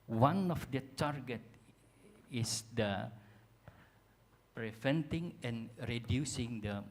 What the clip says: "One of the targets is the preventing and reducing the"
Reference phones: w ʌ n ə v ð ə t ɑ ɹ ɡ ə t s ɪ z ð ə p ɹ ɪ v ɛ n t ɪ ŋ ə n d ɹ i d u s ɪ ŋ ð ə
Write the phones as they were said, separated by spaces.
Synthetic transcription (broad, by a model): w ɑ n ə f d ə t ɑ ɹ ɡ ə t ɪ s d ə p ɹ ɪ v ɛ n t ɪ ŋ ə n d ɹ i d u s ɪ ŋ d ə